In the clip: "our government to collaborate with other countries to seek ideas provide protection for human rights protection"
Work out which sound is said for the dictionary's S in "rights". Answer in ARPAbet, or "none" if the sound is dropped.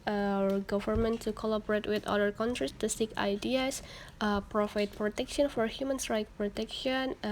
none